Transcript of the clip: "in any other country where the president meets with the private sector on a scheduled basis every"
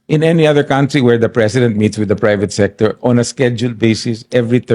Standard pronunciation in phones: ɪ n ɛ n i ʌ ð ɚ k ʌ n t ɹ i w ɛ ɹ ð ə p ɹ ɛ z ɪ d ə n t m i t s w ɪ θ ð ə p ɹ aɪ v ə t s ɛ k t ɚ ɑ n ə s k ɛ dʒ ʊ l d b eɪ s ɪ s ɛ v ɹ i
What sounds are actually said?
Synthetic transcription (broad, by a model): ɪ n ɛ n i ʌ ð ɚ k ʌ n t ɹ i w ɛ ɹ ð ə p ɹ ɛ s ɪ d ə n t m i t s w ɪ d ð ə p ɹ aɪ v ə t s ɛ k t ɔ ɑ n ə s k ɛ dʒ ʊ l d b eɪ s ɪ s ɛ v ɹ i